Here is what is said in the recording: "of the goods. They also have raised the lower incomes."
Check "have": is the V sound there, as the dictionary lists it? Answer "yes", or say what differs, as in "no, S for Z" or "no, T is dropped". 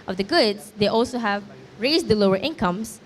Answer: yes